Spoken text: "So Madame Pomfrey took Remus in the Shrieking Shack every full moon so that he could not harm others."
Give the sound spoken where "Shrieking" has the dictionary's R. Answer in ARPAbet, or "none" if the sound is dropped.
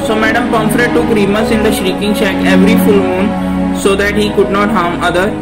R